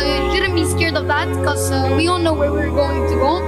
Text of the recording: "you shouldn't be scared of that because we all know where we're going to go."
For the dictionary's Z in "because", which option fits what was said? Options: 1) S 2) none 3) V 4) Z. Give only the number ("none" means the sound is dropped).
2